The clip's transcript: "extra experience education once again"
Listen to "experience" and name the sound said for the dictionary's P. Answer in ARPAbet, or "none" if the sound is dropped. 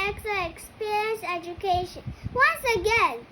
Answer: P